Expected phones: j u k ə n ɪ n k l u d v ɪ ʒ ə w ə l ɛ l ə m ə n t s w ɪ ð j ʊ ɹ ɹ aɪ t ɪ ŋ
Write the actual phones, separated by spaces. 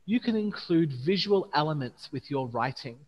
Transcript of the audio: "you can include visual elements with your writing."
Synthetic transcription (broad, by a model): j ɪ k ə n ɪ n k l u d v ɪ ʒ ə w ə l ɛ l ə m ə n t s w ɪ ð j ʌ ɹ ɹ aɪ t ɪ ŋ